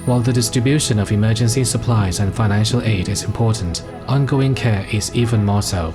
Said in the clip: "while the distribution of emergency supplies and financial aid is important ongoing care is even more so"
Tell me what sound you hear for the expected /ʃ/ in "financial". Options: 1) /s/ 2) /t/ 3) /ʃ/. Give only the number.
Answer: 3